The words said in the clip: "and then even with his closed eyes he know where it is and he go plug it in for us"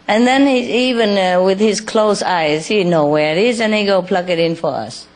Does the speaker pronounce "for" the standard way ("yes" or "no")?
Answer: yes